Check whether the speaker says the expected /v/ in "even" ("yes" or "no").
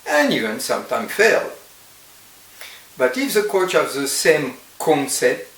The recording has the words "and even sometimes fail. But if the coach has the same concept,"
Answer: no